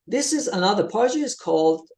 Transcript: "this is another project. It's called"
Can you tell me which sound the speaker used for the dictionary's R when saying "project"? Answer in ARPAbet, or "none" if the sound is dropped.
none